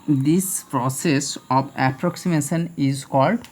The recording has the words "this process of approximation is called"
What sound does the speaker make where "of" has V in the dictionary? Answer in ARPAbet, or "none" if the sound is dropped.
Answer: B